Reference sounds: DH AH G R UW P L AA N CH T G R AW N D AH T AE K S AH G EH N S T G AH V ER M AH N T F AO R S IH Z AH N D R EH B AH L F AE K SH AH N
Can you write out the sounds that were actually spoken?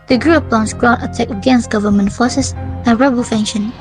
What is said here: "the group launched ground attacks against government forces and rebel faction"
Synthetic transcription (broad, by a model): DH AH G R UW P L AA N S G R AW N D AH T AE K AH G EH N S T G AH V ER M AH N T F AO S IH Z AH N R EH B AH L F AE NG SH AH N